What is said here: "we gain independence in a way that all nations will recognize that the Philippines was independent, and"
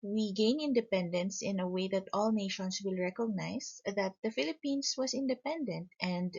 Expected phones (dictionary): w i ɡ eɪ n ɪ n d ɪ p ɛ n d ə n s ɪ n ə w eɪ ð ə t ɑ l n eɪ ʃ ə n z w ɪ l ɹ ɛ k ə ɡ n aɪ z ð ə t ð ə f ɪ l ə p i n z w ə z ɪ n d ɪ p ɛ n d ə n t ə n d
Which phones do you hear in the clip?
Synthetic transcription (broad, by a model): w i ɡ eɪ n ɪ n d ɪ p ɛ n d ə n s ɪ n ə w eɪ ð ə t ɑ l n eɪ ʃ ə n s w ɪ l ɹ ɛ k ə ɡ n aɪ s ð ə t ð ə f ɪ l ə p i n s w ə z ɪ n d ɪ p ɛ n d ə n t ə n d